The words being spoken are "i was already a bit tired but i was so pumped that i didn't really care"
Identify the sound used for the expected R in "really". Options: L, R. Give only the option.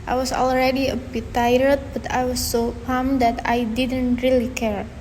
R